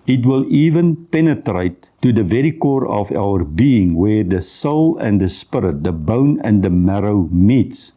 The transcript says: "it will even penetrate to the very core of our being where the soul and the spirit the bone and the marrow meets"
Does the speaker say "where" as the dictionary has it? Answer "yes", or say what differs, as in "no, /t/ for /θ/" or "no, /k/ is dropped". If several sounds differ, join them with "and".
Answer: yes